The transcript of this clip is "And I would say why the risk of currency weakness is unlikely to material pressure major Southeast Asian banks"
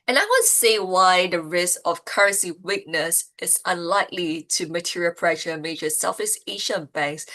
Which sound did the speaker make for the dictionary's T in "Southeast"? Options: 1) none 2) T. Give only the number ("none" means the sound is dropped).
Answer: 1